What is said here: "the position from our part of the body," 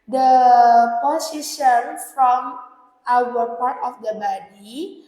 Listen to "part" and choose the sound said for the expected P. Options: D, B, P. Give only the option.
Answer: P